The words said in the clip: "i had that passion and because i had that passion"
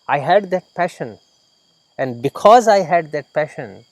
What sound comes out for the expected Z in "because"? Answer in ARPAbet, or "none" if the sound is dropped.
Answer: Z